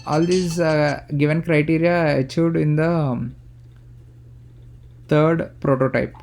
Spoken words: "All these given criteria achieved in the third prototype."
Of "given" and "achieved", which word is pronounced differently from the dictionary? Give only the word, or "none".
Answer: achieved